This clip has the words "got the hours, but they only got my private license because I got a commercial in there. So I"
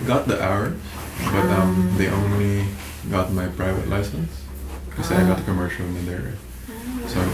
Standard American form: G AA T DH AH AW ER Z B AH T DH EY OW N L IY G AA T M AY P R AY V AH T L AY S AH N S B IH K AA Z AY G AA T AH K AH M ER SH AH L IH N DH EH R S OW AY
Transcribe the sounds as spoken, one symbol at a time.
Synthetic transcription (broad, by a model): G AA T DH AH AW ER B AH T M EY OW N L IY G AA T M AY P R AY V AH T L AY S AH N S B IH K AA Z AY G AA T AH K AH M ER SH AH L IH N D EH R S OW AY